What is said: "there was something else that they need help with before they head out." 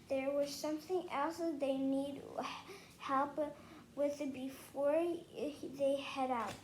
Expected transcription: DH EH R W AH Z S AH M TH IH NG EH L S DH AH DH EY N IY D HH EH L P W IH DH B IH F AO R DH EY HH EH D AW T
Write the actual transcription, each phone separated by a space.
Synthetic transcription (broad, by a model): DH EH R W AH Z S AH M TH IH NG EH L S DH AH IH N IY D HH EH L P W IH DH B IH F AO R DH EY HH EH D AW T